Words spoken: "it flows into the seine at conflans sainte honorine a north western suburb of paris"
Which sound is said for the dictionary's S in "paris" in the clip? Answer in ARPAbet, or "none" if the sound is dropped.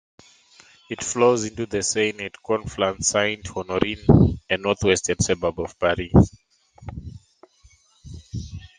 none